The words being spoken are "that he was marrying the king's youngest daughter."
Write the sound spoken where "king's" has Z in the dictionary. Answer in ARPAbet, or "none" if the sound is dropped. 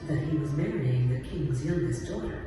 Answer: Z